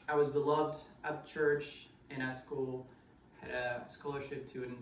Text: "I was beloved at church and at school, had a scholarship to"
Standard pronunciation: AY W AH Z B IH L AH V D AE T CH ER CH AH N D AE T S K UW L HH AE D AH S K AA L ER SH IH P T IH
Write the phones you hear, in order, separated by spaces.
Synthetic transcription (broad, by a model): AY W AH Z B IH L AH V D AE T CH ER CH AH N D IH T S K UW L HH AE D AH S K AA L ER SH IH P T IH